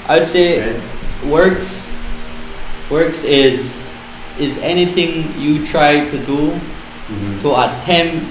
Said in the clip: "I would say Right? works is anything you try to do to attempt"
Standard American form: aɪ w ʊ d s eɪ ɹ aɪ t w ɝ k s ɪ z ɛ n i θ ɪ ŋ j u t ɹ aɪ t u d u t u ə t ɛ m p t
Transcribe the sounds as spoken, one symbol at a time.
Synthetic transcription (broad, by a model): aɪ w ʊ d s eɪ w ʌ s w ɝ k s ɪ z ɛ n i θ ɪ ŋ j u t ɹ aɪ t u d u t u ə t ɛ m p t